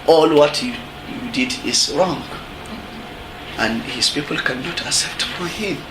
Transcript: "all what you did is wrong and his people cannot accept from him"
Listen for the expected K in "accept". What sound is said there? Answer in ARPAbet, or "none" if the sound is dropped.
none